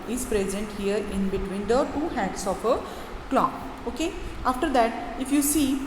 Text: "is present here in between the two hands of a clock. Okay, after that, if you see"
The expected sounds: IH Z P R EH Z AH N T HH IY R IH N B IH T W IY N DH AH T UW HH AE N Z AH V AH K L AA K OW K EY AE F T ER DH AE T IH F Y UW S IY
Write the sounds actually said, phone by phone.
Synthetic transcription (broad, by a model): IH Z P R EH Z AH N T HH IY R IH N B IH T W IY N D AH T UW HH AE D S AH P AH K L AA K OW K EY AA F T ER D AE T IH F Y UW S IY